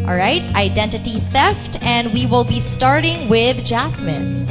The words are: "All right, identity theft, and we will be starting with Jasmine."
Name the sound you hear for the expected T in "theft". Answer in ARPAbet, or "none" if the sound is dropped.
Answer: T